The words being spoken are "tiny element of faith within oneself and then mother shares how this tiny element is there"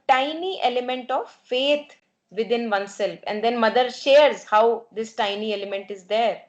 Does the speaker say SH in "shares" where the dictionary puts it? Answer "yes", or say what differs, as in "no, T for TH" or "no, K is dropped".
yes